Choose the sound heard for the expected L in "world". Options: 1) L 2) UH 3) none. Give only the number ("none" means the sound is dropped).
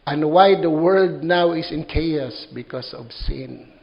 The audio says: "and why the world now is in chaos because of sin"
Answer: 3